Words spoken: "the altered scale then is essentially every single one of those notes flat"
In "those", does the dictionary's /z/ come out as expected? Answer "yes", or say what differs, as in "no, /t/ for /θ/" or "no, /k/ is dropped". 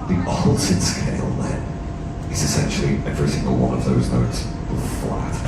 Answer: yes